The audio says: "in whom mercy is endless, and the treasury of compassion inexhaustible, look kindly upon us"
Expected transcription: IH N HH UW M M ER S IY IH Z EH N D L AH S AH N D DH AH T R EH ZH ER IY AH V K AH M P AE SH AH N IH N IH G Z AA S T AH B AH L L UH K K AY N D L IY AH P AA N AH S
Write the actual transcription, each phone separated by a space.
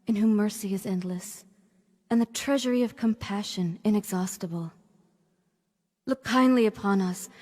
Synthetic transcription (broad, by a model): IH N HH UW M M ER S IY IH Z EH N D L AH S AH N DH AH T R EH ZH ER IY AH V K AH M P AE SH AH N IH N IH G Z AA S T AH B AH L L UH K K AY N D L IY AH P AA N AH S